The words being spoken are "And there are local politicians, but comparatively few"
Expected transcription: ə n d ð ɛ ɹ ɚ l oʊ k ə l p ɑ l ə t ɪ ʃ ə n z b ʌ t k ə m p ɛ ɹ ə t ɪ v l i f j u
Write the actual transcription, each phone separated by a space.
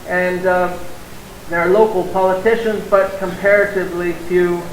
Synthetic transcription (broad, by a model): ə n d ð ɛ ɹ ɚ l oʊ k l p ɑ l ə t ɪ ʃ ə n z b ʌ t k ə m p ɛ ɹ ə t ɪ v l i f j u